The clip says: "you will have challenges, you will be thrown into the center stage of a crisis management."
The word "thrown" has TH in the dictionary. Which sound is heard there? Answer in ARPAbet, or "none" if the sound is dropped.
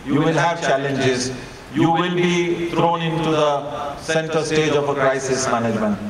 T